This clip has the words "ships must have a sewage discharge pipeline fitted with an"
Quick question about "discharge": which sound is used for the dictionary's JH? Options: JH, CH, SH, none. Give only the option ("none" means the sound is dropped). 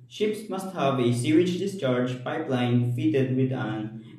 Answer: JH